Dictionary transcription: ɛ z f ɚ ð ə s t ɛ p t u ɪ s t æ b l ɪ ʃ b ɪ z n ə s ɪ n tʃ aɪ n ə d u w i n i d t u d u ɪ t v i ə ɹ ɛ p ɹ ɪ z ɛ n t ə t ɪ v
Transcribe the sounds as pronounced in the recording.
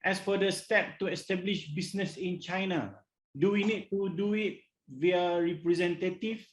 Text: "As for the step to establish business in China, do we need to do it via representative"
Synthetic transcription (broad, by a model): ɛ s f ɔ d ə s t ɛ p t u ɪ s t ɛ b l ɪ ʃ b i s n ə s ɪ n tʃ aɪ n ə d u w i n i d t u d u ɪ t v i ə ɹ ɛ p ɹ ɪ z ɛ n t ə t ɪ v